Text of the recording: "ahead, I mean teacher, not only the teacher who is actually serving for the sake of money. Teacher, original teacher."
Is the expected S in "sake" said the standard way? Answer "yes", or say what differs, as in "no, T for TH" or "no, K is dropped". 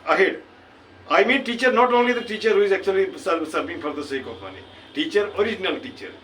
yes